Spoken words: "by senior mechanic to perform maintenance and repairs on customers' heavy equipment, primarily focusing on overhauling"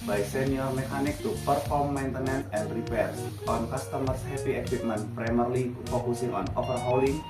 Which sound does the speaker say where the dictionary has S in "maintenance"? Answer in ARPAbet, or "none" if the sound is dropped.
none